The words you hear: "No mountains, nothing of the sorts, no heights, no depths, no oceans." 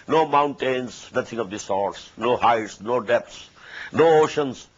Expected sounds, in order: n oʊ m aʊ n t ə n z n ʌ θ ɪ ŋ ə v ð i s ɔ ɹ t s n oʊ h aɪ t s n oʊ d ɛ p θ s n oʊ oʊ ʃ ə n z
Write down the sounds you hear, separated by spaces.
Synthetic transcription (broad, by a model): n oʊ m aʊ n t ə n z n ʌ t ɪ ŋ ə v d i s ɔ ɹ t s n oʊ h aɪ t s n oʊ d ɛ p t s n oʊ oʊ ʃ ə n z